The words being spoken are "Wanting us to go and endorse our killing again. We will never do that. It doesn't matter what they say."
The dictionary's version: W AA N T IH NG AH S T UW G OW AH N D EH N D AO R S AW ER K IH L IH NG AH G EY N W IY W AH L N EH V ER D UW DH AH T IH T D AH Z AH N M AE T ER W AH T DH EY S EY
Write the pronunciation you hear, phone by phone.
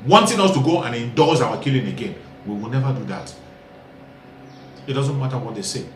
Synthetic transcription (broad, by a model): W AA N T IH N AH S T UW G OW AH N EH N D AO L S AW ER K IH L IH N AH G EY N W IY W AH L N EH V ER D UW DH AH T IH T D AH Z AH N M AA T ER W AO T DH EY S EY